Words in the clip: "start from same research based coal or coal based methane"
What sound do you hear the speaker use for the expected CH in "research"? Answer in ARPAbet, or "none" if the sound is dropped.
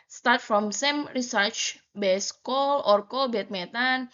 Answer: CH